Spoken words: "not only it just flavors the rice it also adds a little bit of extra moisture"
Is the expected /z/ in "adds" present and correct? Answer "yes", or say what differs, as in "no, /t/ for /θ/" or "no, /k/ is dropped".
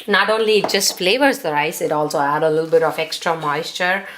no, /z/ is dropped